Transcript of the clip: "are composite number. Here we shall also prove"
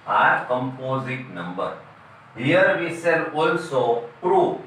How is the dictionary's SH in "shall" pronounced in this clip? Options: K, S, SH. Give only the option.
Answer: S